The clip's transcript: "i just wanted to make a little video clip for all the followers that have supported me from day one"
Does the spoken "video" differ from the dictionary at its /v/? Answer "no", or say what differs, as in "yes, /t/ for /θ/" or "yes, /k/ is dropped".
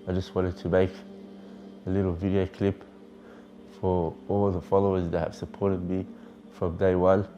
no